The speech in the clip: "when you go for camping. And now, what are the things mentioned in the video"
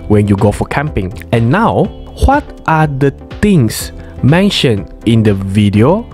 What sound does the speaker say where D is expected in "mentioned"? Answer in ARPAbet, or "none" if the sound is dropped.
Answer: none